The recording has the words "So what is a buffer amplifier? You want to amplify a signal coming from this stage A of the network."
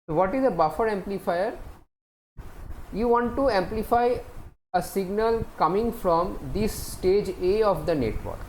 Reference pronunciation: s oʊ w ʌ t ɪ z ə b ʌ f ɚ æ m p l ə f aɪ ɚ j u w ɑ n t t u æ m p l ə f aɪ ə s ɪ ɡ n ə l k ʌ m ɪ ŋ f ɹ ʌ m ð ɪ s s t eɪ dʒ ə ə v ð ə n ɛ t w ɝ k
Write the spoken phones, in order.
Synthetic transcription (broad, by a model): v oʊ t ɪ z ə b ʌ f ɚ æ m p l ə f aɪ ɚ j u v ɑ n t t u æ m p l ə f aɪ ə s ɪ ɡ n ə l k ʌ m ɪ ŋ f ɹ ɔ m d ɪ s s t eɪ dʒ ə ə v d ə n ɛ t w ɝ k